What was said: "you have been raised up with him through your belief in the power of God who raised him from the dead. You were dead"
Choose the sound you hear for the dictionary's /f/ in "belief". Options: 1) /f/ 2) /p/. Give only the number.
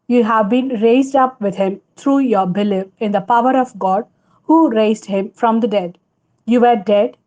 2